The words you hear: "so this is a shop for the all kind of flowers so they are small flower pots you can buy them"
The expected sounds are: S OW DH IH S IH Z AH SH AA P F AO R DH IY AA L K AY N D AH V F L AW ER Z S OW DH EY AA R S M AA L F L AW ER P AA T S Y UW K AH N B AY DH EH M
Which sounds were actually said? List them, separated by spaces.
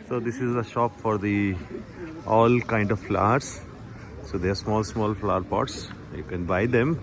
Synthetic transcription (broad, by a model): S OW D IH S IH Z AH SH AA P F AO R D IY AA L K AY N D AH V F L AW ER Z S OW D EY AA L S M AA L F L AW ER P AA T S Y UW K AH N B AY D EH M